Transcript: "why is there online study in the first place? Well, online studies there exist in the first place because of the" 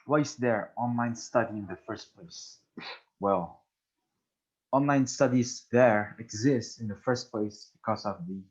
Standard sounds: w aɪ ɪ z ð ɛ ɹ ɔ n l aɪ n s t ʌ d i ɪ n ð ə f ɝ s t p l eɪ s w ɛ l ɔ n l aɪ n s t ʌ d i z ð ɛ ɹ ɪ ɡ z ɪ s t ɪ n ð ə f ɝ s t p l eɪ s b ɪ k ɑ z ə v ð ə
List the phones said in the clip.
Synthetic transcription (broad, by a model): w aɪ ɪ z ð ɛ ɹ ɔ n l aɪ n s t ʌ d i ɪ n ð ə f ɝ s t p l eɪ s w ɛ l ɔ n l aɪ n s t ʌ d i z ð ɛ ɹ ɪ ɡ z ɪ s t ɪ n ð ə f ɝ s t p l eɪ s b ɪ k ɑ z ə v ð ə